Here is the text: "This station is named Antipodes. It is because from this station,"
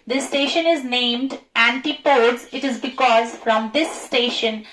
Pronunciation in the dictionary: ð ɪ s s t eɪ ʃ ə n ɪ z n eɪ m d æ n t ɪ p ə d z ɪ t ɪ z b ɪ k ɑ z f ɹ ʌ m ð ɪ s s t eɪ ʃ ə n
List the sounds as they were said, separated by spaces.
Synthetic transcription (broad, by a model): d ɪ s s t eɪ ʃ ə n ɪ z n eɪ m d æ n t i p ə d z ɪ t ɪ z b ɪ k ɑ z f ɹ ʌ m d ɪ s s t eɪ ʃ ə n